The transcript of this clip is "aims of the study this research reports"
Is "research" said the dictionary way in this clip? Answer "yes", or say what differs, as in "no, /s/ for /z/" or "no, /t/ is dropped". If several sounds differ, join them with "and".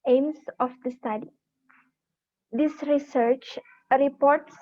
yes